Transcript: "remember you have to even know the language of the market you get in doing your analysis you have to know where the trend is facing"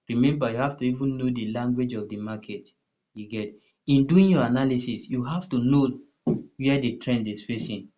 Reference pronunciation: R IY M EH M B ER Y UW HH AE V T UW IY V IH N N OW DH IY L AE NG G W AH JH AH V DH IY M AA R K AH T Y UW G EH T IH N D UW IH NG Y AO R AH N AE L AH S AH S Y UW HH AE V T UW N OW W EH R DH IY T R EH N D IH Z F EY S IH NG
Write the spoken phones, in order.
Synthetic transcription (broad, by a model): R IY M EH M B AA Y UW HH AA F T UW IY V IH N N OW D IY L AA NG G W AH JH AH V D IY M AA K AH T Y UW G EH T IH N D UW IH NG Y AO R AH N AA L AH S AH S Y UW HH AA F T UW N OW W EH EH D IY T R EH N D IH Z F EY S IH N